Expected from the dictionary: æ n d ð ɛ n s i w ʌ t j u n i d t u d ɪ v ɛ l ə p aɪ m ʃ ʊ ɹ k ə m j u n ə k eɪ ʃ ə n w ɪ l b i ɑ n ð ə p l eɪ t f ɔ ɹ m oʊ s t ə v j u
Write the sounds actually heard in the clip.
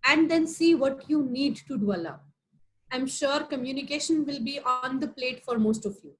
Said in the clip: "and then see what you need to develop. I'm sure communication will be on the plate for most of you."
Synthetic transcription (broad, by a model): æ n d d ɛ n s i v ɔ t j u n i d t u d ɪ ɛ l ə aɪ m ʃ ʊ ɹ k ə m j u n ə k eɪ ʃ ə n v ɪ l b i ɑ n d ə p l eɪ t f ɔ ɹ m oʊ s t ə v j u